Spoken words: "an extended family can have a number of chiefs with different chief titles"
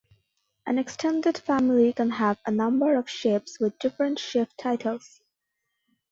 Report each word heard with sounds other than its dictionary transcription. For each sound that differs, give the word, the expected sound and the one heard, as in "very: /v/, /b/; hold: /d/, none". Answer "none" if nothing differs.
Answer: chiefs: /tʃ/, /ʃ/; chiefs: /f/, /p/; chief: /tʃ/, /ʃ/